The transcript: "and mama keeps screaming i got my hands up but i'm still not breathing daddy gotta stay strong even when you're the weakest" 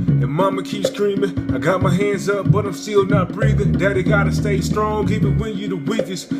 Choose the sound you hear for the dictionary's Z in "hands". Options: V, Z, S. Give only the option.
Z